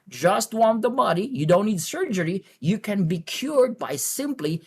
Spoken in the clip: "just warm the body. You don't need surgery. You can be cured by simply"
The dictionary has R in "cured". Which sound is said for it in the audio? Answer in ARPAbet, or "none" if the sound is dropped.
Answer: R